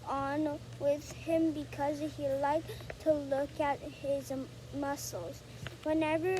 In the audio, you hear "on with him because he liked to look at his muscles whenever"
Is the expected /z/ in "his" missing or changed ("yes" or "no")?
no